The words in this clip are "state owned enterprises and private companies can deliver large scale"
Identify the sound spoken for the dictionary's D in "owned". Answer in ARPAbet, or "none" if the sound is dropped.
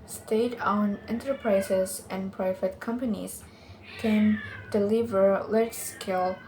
none